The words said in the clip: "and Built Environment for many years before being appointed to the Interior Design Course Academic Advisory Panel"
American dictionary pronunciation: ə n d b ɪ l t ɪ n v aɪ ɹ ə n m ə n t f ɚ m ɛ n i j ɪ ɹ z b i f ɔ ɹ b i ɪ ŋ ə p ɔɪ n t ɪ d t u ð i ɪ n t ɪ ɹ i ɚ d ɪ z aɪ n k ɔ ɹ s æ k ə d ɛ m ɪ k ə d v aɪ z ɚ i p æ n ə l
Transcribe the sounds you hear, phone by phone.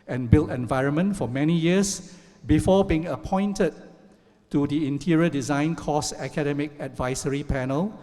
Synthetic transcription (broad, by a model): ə n b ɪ l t ɪ n v aɪ ɹ ə n m ə n t f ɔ m ɛ n i j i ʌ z b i f ɔ b i ɪ ŋ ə p ɔɪ n t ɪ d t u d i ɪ n t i ɹ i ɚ d ɪ z aɪ n k ɔ s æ k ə d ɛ m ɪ k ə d v aɪ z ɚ i p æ n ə l